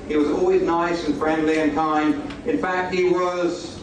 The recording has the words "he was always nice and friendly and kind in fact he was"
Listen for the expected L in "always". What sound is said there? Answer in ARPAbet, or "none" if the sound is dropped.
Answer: L